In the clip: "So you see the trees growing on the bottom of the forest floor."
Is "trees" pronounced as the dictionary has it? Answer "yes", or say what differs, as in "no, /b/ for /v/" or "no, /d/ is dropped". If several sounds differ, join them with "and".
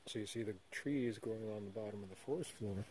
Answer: yes